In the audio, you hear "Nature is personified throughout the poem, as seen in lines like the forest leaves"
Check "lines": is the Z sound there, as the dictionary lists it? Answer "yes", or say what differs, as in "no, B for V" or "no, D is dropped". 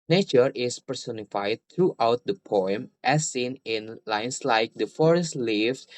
no, S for Z